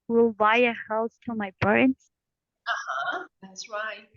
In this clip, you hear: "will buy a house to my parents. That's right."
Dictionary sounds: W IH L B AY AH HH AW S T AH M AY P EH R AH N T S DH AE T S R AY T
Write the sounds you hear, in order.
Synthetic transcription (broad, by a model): W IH L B AY AH HH AW S T AH M AY B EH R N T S DH AE T S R AY T